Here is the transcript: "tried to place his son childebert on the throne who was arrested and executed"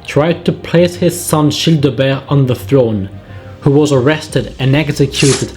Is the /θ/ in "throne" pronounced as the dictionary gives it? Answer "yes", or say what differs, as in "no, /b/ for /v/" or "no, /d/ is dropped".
yes